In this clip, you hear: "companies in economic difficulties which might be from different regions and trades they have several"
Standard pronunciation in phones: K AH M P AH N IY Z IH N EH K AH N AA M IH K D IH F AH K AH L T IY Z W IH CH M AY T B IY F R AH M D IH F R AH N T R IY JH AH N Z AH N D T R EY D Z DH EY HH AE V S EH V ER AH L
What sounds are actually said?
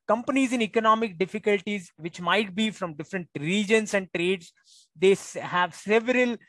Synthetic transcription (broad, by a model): K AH M P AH N IY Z IH N EH K AH N AA M IH K D IH F AH K AH L T IY Z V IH CH M AY T B IY F R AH M D IH F R AH N T R IY JH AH N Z AH N D T R EY D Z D EY HH AE V S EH V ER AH L